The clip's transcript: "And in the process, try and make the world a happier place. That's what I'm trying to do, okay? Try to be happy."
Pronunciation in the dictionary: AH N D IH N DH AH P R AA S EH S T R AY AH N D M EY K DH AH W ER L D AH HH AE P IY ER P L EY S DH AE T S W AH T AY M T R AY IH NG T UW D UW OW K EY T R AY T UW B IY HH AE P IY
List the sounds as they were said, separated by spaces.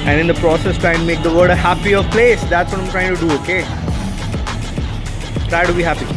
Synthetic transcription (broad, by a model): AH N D IH N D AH P R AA S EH S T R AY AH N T M EY K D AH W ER D AH HH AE P IY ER P L EY S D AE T S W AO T AY M T R AY IH NG T UW D UW OW K EY T R AY T UW B IY HH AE P IY